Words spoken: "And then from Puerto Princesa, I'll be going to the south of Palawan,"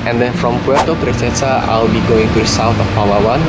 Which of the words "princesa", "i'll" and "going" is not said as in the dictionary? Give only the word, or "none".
princesa